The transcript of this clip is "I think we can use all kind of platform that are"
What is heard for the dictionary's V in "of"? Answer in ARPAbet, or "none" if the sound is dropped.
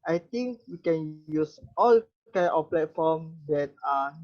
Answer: F